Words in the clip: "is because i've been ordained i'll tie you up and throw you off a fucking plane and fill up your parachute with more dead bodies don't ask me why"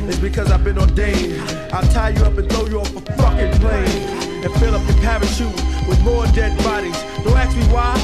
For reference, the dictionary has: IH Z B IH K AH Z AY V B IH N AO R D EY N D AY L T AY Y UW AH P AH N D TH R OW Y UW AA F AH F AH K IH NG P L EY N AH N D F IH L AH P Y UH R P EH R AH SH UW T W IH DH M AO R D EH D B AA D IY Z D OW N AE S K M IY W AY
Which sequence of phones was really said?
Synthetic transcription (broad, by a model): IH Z B IH K AH Z AY V B IH N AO D EY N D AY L T AY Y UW AH P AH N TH L OW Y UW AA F AH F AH K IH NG P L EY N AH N F IH L AH P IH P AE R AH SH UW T W IH DH M AO R D EH D B AA D IY Z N OW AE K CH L IY W AY